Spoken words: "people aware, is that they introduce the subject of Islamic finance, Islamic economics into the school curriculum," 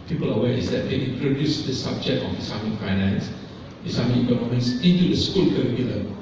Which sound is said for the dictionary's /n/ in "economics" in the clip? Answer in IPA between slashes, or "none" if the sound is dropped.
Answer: /l/